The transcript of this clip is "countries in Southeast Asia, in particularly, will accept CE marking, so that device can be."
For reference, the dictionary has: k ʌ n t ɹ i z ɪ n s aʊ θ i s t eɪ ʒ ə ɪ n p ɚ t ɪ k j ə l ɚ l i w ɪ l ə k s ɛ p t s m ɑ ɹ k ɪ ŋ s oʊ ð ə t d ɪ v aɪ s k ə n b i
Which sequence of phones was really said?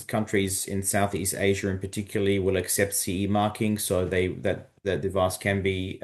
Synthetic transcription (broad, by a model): k ʌ n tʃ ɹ i z ɪ n s aʊ θ i s t eɪ ʒ ə ɪ n p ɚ t ɪ k j l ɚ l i w ɪ l ə k s ɛ p t s m ɑ ɹ k ɪ ŋ s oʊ ð ə t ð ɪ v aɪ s k ə n b i